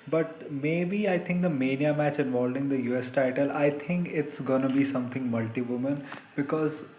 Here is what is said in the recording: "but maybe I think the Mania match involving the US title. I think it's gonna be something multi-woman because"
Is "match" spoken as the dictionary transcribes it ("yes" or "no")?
yes